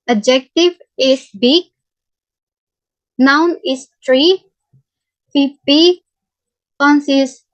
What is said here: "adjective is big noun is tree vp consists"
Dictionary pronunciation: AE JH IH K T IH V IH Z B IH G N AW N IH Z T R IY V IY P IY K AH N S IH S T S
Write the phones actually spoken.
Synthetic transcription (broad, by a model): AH JH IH K T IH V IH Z B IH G N AW N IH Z T R IY F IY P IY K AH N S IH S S